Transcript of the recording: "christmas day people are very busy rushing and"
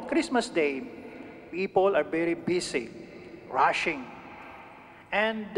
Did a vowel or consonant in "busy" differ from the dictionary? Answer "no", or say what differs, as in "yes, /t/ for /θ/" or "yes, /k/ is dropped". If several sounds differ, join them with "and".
yes, /s/ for /z/